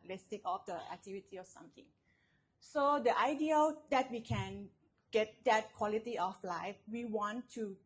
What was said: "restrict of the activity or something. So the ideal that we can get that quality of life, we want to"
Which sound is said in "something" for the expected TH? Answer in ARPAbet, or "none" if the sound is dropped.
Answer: T